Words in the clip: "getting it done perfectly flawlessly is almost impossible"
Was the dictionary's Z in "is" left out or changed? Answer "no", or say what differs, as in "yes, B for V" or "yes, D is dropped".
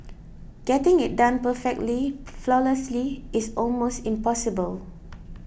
yes, S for Z